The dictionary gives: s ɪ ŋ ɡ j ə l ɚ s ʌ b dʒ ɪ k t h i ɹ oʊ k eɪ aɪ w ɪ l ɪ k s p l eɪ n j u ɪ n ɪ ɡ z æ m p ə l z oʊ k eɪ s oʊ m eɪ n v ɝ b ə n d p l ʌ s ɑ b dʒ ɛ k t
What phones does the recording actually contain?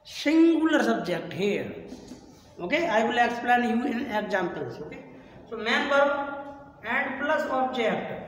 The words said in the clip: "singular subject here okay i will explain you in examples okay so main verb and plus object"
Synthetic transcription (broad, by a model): s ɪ ŋ ɡ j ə l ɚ s ʌ b dʒ ɪ k t h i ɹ oʊ k eɪ aɪ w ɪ l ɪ k s p l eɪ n j u ɪ n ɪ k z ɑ m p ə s oʊ k eɪ s oʊ m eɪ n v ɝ ə n d p l ʌ s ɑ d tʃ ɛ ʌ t